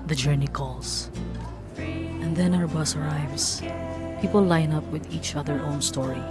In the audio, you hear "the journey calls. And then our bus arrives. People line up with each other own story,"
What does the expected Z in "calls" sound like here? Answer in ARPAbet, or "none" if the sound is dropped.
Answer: S